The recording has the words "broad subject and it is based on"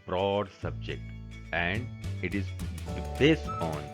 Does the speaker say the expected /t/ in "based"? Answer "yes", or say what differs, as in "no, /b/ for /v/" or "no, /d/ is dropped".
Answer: no, /t/ is dropped